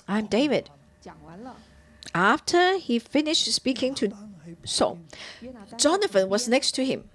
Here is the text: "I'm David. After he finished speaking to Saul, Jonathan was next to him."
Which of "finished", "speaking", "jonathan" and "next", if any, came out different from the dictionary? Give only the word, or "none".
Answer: jonathan